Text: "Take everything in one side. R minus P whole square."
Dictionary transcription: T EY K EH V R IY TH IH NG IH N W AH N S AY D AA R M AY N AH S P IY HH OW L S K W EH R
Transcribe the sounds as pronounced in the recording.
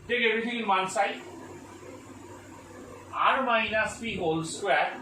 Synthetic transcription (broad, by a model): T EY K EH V R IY T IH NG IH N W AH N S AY AA R M AY N AH S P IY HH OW L S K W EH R